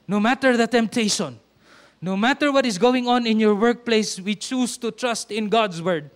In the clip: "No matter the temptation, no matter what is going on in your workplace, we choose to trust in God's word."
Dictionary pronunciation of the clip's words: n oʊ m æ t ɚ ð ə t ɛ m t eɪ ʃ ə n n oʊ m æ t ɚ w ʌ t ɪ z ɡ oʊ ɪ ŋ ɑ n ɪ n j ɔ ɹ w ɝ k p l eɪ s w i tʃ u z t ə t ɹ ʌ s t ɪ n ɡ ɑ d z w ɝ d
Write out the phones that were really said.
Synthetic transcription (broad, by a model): n oʊ m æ t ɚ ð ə t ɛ m t eɪ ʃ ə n n oʊ m æ t ɚ w ʌ t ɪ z ɡ oʊ ɪ ŋ ɑ n ɪ n j ɔ ɹ w ɝ k p l eɪ s w i tʃ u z t ə t ɹ ʌ s t ɪ n ɡ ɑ d s w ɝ d